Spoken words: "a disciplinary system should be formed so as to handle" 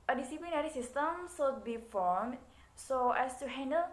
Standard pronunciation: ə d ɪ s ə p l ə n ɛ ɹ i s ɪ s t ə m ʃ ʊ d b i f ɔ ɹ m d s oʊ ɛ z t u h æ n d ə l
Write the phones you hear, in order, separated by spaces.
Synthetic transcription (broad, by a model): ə d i s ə p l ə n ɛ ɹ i s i s t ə m s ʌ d b i f ɔ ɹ m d s oʊ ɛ s t u h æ n d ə l